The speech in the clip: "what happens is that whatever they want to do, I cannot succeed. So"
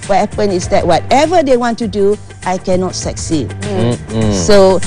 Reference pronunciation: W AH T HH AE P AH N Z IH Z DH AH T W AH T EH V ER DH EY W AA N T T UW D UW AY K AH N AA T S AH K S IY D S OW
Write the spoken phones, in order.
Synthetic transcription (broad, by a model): W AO T HH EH P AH N IH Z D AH T W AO T EH V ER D EY W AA N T T UW D UW AY K AH N AA T S AH K S IY D S OW